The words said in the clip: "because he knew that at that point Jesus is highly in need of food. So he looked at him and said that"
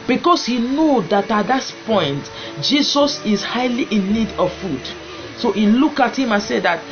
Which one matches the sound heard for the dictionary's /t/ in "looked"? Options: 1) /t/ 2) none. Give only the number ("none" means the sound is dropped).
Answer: 2